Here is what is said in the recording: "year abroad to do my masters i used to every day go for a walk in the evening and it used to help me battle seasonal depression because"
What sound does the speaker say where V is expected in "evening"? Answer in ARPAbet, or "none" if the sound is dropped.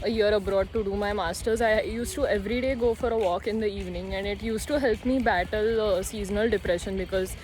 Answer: V